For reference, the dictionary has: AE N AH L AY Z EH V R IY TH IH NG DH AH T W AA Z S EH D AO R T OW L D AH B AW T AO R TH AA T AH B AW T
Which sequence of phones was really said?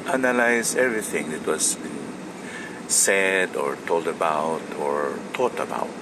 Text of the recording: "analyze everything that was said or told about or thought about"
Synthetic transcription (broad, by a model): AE N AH L AY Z EH V R IY TH IH NG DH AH T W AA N S EH D AO R T OW L D AH B AW T AO R T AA T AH B AW T